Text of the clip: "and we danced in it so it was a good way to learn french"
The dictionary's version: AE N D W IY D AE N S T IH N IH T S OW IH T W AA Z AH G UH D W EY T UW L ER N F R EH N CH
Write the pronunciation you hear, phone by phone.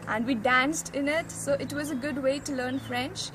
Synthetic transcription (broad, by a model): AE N D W IY D AE N S T IH N IH T S OW IH T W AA Z AH G UH D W EY T UW L ER N F R EH N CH